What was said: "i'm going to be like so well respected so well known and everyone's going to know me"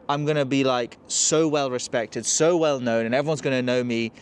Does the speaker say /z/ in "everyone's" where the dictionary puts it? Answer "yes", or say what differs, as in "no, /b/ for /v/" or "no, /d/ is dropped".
yes